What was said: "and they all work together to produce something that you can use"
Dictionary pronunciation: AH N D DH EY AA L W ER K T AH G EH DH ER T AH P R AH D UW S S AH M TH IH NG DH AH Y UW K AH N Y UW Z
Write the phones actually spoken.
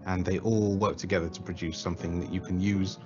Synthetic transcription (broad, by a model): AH N DH EY AA L W ER K T AH G EH DH ER T AH P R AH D UW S S AH M TH IH NG DH AH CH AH K AH N Y UW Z